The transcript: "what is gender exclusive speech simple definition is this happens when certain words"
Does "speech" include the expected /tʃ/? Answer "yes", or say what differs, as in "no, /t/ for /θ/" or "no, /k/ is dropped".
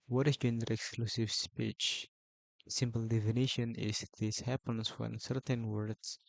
yes